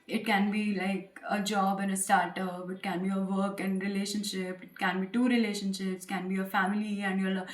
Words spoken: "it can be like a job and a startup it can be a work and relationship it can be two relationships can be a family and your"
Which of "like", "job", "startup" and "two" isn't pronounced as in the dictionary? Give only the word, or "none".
none